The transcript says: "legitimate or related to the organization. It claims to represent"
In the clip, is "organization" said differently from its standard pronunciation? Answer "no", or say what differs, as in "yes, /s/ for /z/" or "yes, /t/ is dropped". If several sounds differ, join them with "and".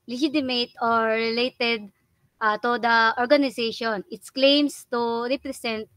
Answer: yes, /s/ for /z/